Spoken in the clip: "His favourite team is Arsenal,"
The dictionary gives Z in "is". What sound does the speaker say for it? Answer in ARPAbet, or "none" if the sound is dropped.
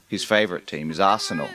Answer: Z